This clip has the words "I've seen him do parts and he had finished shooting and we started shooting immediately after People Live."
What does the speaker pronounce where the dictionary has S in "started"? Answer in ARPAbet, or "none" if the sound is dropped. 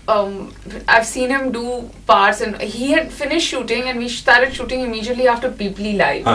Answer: SH